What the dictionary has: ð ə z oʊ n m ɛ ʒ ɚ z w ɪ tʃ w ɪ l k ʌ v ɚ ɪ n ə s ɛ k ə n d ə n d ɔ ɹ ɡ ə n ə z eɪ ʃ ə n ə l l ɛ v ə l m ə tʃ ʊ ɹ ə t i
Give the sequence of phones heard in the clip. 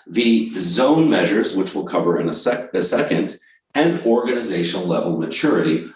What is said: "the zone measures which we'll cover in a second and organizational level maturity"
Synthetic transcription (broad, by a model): ð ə z oʊ n m ɛ ʒ ɚ z w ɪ tʃ w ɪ l k ʌ v ɚ ɪ n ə s ɛ k ə n d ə n ɔ ɹ ɡ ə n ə z eɪ ʃ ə n l l ɛ v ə l m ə tʃ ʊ ɹ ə t i